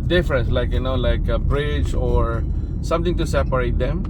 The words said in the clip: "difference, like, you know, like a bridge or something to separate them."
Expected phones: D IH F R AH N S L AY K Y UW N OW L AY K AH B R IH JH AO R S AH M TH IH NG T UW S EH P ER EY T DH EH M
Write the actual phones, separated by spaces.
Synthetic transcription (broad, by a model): D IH F R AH N S L AY K Y UW N OW L AY K AH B R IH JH AO R S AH M T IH NG T UW S EH P ER EY T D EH M